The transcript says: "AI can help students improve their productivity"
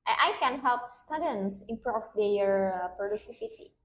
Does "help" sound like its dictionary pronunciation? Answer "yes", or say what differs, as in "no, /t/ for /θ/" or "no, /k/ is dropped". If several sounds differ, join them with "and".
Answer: yes